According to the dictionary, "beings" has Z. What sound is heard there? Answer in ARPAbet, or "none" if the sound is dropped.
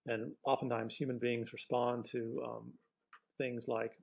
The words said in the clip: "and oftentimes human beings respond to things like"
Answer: Z